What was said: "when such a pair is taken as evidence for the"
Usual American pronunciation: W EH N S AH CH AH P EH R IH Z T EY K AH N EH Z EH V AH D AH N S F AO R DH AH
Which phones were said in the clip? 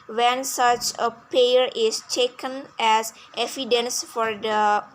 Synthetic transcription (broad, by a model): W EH N S AH CH AH P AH R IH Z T EY K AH N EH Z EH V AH D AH N S F AO R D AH